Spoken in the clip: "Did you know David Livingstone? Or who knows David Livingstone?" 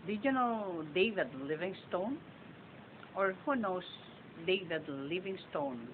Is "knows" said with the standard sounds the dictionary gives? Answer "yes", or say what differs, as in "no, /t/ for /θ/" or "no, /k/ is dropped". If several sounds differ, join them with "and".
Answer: no, /s/ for /z/